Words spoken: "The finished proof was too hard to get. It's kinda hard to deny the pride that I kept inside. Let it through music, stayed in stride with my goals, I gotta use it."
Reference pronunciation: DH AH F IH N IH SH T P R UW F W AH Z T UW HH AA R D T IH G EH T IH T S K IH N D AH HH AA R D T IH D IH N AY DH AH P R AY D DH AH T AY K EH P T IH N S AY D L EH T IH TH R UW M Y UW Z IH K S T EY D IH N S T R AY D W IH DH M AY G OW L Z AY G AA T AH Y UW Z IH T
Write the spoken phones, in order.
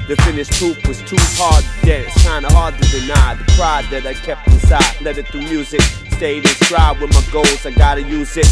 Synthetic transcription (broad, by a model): DH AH F IH N IH SH T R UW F W AH Z T UW HH AA R D T IH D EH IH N S K IH N D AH HH AA R D T IH D IH N AY DH AH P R AY D DH AH T AY K EH P T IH S AY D L EH T IH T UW Y UW Z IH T S T EY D IH N S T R AY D W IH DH M AY G OW L Z AY G AA T AH Y UW Z IH T